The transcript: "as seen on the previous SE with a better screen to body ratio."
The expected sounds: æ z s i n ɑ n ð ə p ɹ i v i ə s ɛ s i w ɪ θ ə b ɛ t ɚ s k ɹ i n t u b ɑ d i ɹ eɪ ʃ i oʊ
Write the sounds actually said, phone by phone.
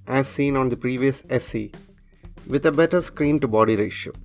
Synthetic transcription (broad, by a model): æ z s i n ɑ n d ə p ɹ i v i ə s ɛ s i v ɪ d ə b ɛ t ɚ s k ɹ i n t u b ɑ d i ɹ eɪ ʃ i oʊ